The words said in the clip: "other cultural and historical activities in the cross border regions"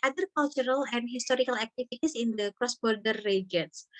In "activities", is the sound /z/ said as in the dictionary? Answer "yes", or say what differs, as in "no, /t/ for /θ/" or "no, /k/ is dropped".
no, /s/ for /z/